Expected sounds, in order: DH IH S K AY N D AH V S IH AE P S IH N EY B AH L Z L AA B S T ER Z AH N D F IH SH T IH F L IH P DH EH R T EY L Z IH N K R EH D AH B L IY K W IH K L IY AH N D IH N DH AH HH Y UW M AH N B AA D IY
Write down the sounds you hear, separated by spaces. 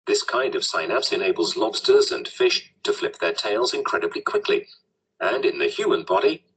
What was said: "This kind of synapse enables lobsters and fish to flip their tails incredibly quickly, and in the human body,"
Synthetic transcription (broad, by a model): DH IH S K AY N D AH V S IH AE P S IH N EY B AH L Z L AA B S T ER Z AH N F IH SH T IH F L IH P DH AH R T EY L Z IH N K R EH D AH B L IY K W IH K L IY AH N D IH N DH AH HH Y UW M AH N B AA D IY